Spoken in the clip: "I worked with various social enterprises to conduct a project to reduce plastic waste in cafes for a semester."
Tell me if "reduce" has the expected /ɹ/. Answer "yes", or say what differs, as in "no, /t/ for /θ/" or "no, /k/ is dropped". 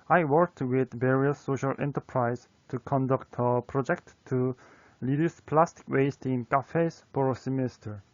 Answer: no, /l/ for /ɹ/